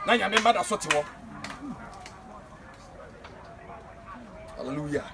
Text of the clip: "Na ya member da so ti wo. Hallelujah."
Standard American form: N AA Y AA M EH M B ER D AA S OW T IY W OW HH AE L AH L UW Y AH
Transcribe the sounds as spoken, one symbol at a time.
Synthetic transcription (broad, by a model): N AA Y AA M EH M AA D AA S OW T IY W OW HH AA L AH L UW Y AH